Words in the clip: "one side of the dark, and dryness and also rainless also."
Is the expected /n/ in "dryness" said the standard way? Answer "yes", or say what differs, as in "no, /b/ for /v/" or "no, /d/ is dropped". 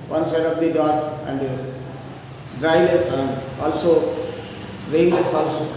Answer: no, /l/ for /n/